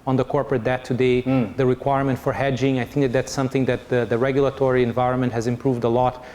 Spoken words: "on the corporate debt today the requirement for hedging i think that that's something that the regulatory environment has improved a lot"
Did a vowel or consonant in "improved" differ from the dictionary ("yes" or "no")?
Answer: no